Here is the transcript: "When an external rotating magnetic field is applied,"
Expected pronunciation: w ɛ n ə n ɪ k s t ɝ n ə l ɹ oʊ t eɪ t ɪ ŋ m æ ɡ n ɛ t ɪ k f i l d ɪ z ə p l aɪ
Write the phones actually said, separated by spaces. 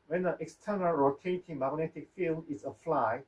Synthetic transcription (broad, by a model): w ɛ n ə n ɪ k s t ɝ n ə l ɹ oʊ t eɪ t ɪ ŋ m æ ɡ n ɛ t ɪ k f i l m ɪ s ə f l aɪ